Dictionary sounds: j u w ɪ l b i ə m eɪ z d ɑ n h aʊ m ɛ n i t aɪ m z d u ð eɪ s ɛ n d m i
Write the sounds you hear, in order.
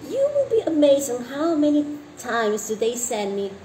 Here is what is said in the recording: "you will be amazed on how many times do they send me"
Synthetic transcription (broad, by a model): j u w ɪ l b i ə m eɪ z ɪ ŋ h aʊ m ɛ n i t aɪ m z d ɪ ð eɪ s ɛ n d m i